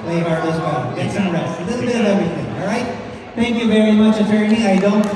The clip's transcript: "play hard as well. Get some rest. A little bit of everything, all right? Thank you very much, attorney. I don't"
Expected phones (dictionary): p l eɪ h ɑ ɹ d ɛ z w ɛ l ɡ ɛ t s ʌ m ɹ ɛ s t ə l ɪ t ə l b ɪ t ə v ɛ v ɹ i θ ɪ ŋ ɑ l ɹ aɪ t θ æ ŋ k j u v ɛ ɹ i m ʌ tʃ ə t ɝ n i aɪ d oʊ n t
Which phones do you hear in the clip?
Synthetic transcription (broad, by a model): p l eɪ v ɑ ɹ ɔ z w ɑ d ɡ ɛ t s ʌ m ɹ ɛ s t ə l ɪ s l b ɪ t ə v ɛ v ɹ i θ ɪ ŋ ɑ l ɹ aɪ t θ æ ŋ k j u v ɛ ɹ i m ʌ tʃ ə t ɝ n i aɪ d oʊ n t